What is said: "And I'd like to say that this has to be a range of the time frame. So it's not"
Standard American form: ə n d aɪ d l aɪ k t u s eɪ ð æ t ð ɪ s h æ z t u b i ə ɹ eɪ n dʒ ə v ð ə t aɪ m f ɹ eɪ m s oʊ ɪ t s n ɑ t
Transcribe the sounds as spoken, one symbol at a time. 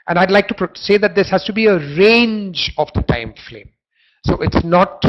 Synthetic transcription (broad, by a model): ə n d aɪ d l aɪ k t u s eɪ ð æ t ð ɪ s h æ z t u b i ə ɹ eɪ n dʒ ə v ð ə t aɪ m f l eɪ m s oʊ ɪ t s n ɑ t